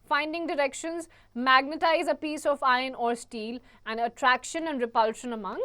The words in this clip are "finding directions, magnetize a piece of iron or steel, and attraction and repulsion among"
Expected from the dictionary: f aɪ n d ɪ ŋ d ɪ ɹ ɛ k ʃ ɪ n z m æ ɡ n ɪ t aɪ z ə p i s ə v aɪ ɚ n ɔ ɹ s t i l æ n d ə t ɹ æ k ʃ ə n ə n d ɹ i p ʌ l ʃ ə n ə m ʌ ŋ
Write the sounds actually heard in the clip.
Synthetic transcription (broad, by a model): f aɪ n d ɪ ŋ d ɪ ɹ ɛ k ʃ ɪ n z m æ ɡ n ɪ t aɪ z ə p i s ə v aɪ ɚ n ɔ ɹ s t i l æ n d ə t ɹ æ k ʃ ə n ə n d ɹ i p ʌ l ʃ ə n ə m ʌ ŋ